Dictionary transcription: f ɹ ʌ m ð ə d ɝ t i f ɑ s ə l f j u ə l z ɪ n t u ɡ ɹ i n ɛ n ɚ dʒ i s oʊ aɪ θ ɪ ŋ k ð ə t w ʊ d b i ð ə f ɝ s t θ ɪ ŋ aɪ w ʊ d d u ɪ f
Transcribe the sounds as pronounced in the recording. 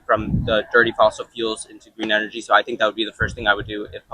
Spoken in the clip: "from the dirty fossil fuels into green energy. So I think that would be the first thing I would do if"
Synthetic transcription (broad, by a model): f ɹ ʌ m ð ə d ɝ t i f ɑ s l f j u l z ɪ n t u ɡ ɹ i n ɛ n ɚ dʒ i s oʊ aɪ θ ɪ ŋ k ð ə t w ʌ d b i ð ə f ɝ s t θ ɪ ŋ aɪ w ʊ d d u ɪ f